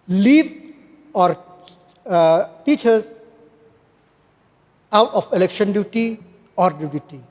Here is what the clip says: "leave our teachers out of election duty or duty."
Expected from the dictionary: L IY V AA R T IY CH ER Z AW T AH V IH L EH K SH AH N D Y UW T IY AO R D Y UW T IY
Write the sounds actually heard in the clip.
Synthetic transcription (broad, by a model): L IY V AA R T IY CH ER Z AW T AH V IH L EH K SH AH N D Y UW T IY AO R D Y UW T IY